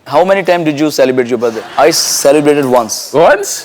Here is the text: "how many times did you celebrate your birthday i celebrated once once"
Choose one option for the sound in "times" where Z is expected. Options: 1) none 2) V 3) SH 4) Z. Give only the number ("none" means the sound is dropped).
1